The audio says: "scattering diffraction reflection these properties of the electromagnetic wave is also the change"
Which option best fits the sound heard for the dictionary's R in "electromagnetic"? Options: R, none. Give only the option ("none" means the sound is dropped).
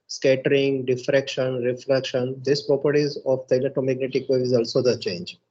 none